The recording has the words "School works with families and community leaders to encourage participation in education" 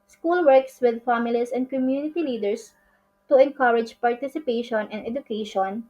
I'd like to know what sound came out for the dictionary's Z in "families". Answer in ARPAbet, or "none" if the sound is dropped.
S